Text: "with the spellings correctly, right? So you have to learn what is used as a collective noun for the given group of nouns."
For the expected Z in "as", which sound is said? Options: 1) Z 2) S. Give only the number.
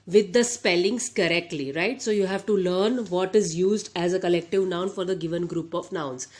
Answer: 1